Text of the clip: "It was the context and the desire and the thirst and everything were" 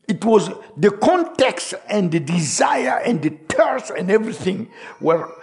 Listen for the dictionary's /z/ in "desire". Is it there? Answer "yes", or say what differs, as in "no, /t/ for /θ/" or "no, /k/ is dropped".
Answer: yes